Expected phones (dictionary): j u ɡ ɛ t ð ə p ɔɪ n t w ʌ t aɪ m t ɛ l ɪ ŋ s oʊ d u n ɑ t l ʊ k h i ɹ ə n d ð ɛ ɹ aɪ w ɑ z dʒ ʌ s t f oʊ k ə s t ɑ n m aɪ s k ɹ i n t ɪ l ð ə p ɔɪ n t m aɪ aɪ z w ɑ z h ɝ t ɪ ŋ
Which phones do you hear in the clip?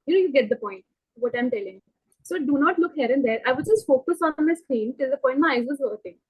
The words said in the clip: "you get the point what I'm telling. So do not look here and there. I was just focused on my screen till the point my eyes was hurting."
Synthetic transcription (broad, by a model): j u ɡ ɛ t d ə p ɔɪ n t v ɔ t aɪ m t ɛ l ɪ ŋ s oʊ d u n ɑ t l ʊ k h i ɹ ə n d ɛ ɹ aɪ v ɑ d dʒ ʌ s t f oʊ k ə s ɑ n m aɪ s k ɹ i n t ɪ l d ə p ɔɪ n t m aɪ aɪ z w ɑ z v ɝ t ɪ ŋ